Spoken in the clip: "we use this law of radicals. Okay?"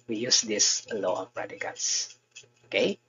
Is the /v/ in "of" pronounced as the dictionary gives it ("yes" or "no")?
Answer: no